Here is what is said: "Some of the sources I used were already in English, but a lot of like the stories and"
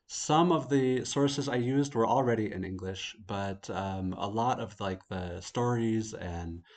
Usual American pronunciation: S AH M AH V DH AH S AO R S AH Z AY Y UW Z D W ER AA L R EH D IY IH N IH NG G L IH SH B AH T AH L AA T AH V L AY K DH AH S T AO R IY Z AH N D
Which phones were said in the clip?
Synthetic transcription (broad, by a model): S AH M AH V DH AH S AO R S AH Z AY Y UW Z D W ER L R EH D IY IH N IH NG G L IH SH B AH T AH L AA T AH V L AY K DH AH S T AO R IY Z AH N